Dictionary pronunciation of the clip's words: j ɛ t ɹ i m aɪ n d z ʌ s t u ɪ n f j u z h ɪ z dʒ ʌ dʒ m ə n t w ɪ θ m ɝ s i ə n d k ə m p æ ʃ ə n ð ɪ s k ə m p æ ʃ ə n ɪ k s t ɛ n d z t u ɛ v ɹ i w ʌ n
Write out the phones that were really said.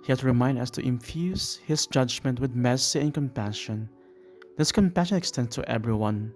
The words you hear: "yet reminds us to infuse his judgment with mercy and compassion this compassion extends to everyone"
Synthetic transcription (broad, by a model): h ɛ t ɹ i m aɪ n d ʌ s t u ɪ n f j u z h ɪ s dʒ ʌ dʒ m ə n t w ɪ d m ɝ s i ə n k ə m p æ ʃ ə n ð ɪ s k ə m p æ ʃ ə n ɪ k s t ɛ n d s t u ɛ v ɹ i w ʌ n